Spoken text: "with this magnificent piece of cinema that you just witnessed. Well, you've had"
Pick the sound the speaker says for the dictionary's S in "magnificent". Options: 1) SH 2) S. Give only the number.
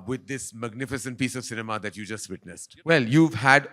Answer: 2